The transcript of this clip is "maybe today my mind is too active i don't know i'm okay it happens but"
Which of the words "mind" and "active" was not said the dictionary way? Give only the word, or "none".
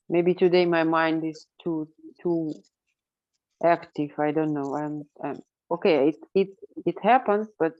none